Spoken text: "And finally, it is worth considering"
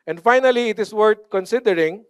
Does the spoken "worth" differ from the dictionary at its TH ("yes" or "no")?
yes